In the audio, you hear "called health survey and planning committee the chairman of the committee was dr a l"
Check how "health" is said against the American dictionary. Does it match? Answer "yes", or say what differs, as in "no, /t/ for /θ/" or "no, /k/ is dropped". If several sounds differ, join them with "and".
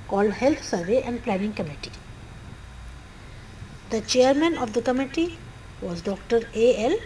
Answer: no, /t/ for /θ/